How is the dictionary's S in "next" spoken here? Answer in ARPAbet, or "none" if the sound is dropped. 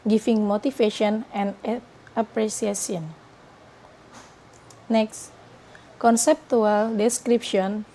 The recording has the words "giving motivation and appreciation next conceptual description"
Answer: S